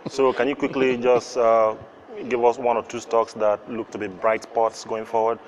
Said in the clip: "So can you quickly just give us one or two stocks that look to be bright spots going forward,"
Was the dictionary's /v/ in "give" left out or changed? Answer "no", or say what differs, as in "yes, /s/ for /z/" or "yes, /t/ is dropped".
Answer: no